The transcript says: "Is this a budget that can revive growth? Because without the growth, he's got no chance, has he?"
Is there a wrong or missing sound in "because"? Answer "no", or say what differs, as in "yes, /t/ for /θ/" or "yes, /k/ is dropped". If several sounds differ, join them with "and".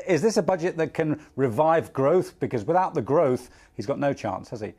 no